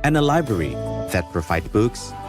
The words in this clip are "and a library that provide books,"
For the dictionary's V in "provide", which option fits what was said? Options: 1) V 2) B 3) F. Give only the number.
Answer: 3